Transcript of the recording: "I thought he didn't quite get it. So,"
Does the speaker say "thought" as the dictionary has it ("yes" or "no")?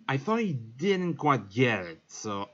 yes